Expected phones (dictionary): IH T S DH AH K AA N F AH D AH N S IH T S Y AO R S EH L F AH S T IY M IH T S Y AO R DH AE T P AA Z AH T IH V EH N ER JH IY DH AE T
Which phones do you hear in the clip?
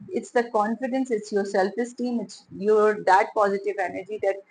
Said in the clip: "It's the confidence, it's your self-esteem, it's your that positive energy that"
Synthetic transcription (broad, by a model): IH T S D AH K AA N F AH D AH N S IH T S Y AO R S EH L F AH S T IY M IH T S Y AO R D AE T P AA Z AH T IH V EH N ER JH IY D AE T